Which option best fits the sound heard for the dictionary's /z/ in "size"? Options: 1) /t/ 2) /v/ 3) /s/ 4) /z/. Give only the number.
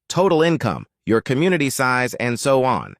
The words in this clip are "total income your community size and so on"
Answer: 4